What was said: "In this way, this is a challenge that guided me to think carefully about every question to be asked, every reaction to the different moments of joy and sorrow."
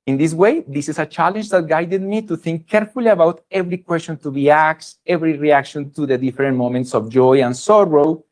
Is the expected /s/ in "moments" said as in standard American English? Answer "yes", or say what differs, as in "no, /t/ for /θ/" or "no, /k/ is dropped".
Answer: yes